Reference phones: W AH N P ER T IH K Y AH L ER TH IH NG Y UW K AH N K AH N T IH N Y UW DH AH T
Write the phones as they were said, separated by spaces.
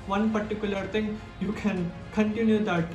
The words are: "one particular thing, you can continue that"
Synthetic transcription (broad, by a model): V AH N P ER T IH K Y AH L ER T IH NG Y UW K AH N K AH N T IH N Y UW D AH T